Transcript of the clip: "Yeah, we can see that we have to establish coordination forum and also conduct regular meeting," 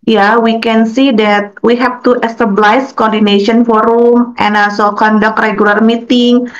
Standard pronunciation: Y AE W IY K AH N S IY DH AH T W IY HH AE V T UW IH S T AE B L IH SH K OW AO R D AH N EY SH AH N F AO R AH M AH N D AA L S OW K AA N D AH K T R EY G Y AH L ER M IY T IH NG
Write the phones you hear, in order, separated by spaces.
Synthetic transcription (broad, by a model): Y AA W IY K AH N S IY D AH T W IY HH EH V T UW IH S T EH B L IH S K OW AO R D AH N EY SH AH N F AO R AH M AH N AA L S OW K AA N D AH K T R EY G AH L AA M IY T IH NG